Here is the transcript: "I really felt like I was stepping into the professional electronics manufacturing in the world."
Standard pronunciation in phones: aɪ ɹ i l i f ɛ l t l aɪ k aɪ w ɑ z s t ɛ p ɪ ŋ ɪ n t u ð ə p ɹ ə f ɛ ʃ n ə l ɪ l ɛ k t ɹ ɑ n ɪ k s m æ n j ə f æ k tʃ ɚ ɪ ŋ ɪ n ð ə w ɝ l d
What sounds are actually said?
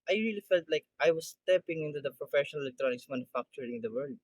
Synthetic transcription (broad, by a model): aɪ ɹ i l i f ɛ l t l aɪ k aɪ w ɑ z s t ɛ p ɪ ŋ ɪ n t u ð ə p ɹ ə f ɛ ʃ n ə l ɪ l ɛ k t ɹ ɑ n ɪ k s m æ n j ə f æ k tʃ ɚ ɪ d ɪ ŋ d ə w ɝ l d